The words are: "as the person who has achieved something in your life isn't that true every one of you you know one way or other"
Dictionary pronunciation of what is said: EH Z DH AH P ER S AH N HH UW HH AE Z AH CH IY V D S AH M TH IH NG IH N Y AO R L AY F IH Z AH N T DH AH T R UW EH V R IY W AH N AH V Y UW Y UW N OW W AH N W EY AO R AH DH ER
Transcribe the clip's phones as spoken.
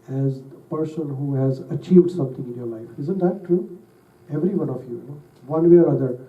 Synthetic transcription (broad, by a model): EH Z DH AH P ER S AH N HH UW HH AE Z AH CH IY V D S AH M T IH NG IH N Y AO R L AY F IH Z AH N T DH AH T R UW EH V R IY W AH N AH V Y Y UW N OW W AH N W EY AO R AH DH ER